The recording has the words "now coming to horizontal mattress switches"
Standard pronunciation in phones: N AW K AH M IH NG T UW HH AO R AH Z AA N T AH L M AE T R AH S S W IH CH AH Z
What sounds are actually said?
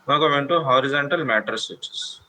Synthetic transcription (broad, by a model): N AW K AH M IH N T UW HH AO R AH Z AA N T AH L M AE T AH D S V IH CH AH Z